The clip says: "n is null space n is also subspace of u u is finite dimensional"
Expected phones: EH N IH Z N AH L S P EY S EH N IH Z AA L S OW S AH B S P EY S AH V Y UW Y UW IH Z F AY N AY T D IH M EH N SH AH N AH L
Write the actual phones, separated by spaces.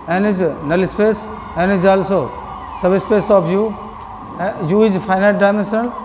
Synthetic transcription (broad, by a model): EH N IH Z N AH L S P EY S EH N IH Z AA L S OW S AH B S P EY S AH P Y UW Y UW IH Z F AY N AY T D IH M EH N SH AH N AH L